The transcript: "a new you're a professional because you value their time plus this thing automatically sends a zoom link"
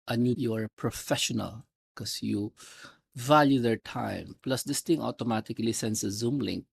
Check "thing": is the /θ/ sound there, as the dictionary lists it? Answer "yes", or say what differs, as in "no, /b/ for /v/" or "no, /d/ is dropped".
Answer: no, /t/ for /θ/